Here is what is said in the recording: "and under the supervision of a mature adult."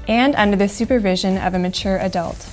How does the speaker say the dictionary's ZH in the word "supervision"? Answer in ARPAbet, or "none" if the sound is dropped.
ZH